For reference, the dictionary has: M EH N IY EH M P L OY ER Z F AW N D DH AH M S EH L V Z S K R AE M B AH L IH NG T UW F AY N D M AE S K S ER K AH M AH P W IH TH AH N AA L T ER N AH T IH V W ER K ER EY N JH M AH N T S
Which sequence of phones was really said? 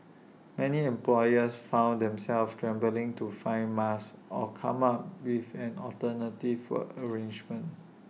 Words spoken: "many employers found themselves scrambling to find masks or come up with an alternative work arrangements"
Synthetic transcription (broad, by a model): M EH N IY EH M P L OY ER S F AW N D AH M S EH L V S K R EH M B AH L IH NG T UW F AY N M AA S S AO K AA M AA P W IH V AH N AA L T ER N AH T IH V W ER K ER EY N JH M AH N T